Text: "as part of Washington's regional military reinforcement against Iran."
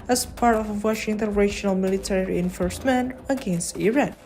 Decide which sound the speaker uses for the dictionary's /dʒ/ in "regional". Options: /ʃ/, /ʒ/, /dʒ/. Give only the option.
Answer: /ʃ/